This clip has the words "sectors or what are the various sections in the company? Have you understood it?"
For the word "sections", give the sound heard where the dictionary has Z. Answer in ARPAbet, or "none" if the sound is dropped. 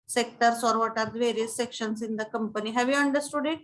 S